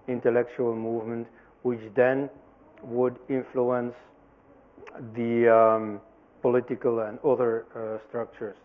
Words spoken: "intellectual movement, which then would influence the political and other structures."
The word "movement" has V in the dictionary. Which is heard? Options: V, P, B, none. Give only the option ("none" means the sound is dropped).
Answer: V